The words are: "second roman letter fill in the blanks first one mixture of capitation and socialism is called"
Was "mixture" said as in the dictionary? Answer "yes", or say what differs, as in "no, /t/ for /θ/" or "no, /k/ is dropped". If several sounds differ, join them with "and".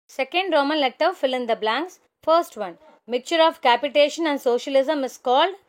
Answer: no, /s/ is dropped